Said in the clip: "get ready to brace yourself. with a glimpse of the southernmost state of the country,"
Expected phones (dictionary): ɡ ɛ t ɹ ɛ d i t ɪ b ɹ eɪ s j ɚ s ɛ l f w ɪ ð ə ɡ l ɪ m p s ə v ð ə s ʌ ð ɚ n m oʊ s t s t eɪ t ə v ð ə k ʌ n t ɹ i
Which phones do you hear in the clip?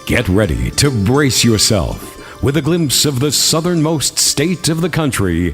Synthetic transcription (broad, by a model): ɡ ɛ t ɹ ɛ d i t ɪ b ɹ eɪ s j ɚ s ɛ l f w ɪ ð ə ɡ l ɪ m p s ə v ð ə s ʌ ð ɚ n m oʊ s t s t eɪ t ə v ð ə k ʌ n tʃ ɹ i